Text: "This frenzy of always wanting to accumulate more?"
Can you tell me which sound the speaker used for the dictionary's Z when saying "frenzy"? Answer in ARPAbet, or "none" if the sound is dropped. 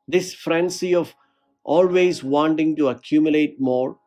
S